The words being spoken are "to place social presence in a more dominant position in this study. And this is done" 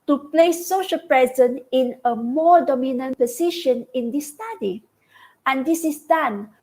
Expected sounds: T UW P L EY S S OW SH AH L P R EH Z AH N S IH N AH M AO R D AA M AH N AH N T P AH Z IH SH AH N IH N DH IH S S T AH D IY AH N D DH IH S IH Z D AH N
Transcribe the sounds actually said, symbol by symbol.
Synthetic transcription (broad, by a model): T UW P L EY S S OW SH AH L P R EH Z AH N IH N AH M AO R D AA M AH N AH N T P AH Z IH SH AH N IH N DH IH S S T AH D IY AH N D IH S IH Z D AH N